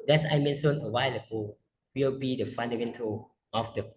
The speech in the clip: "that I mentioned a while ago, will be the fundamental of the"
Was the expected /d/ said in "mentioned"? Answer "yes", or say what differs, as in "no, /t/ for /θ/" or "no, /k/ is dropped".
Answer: no, /d/ is dropped